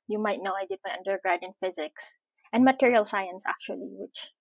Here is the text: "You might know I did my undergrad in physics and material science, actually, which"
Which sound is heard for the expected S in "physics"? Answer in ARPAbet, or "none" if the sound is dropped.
S